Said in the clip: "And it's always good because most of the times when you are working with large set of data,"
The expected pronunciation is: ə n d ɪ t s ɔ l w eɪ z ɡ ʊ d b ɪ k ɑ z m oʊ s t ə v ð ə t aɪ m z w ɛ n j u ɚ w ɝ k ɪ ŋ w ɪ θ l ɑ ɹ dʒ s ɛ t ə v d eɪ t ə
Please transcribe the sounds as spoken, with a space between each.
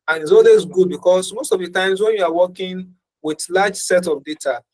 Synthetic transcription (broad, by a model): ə n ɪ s ɔ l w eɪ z ɡ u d b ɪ k ɑ s m oʊ s t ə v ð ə t aɪ m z w ɛ n j u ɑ w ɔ k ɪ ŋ w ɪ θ l ɑ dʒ s ɛ t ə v d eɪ t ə